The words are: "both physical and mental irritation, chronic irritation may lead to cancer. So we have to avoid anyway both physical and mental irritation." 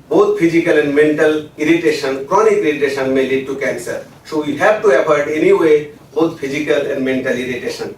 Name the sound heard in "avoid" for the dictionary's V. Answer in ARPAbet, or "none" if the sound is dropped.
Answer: P